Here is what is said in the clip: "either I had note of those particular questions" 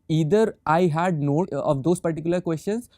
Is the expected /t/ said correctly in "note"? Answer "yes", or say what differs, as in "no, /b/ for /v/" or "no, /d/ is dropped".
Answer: no, /t/ is dropped